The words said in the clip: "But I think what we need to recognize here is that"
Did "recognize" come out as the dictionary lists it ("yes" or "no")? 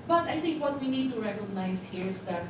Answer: no